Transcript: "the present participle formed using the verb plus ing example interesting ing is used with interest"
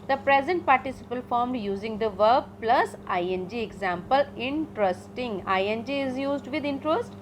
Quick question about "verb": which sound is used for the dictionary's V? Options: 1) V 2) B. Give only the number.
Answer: 1